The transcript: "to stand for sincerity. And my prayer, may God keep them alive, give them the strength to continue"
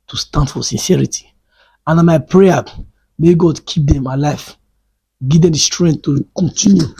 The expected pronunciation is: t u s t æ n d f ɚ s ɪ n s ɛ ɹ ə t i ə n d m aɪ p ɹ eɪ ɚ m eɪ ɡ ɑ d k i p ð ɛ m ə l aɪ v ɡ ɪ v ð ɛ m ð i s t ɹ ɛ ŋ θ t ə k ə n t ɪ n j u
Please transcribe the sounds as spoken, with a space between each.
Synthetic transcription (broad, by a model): t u s t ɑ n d f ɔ s ɪ n s ɛ ɹ ə t i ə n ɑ m aɪ p ɹ eɪ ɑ m eɪ ɡ ɑ d k i p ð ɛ m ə l aɪ f ɡ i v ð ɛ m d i s t ɹ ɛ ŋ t t ə k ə n t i n j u